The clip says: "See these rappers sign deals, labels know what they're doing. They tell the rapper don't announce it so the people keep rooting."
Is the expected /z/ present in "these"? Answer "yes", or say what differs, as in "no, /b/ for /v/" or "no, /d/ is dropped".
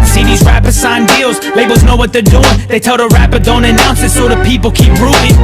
yes